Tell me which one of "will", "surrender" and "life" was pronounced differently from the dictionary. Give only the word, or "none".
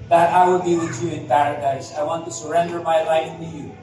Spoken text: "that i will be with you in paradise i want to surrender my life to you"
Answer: none